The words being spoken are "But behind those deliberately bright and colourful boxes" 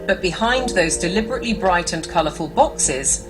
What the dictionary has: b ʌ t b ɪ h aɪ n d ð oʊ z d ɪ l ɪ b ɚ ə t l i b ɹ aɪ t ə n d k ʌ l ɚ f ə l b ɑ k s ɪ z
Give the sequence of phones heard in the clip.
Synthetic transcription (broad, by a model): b ʌ t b ɪ h aɪ n ð oʊ z d ɪ l ɪ b ɚ ə t l i b ɹ aɪ t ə n k ʌ l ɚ f ə l b ɑ k s ɪ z